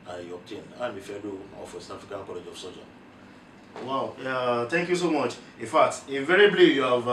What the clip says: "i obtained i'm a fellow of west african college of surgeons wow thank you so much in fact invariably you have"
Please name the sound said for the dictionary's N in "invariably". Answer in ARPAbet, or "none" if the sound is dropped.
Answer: none